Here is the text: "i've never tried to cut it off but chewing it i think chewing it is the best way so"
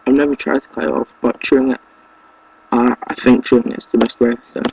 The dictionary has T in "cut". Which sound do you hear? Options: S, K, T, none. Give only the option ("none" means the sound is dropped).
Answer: none